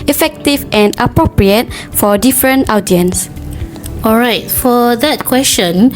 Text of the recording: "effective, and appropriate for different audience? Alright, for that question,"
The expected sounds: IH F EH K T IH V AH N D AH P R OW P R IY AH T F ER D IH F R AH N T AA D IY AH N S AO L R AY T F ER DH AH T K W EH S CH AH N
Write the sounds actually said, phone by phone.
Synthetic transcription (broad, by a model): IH F EH K T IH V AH N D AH P R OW P R IY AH T F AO D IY F R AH N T AA D IY AH N S AO L R AY T F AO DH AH T K W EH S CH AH N